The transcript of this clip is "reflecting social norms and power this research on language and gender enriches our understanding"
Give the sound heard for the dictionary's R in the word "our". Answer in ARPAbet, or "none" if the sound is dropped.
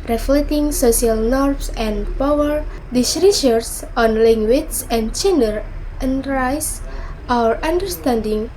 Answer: R